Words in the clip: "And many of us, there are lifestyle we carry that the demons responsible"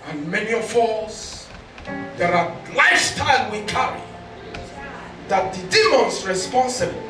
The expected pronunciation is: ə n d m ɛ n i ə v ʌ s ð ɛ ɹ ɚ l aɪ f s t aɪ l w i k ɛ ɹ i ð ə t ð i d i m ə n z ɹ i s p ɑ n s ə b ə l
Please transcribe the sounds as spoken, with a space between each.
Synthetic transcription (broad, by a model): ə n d m ɛ n i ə f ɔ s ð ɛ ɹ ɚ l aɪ s t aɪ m w i k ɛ ɹ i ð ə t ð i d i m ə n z ɹ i s p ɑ n s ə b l